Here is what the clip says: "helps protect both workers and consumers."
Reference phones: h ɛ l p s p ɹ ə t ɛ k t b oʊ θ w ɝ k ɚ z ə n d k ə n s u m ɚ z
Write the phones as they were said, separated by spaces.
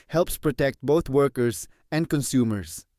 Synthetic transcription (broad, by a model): h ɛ l p s p ɹ ə t ɛ k t b oʊ t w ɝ k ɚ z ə n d k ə n s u m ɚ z